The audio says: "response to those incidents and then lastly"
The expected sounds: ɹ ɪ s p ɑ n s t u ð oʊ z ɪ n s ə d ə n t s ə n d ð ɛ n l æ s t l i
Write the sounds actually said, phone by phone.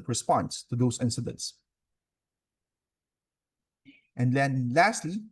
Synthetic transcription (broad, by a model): ɹ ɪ s p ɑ n s t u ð oʊ s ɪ n s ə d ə n t s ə n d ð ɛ n l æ s t l i